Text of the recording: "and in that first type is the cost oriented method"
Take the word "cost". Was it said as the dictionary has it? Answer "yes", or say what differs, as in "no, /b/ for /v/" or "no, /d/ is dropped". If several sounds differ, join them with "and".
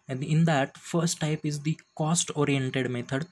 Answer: yes